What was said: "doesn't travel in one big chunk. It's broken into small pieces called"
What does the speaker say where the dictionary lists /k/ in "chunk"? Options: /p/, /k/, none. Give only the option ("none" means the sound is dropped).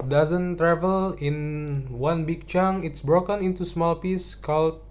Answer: none